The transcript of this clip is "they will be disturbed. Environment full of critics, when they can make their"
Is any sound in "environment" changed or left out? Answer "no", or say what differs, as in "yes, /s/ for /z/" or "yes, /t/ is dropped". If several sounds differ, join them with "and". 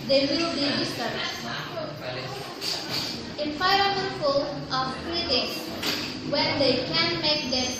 yes, /f/ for /v/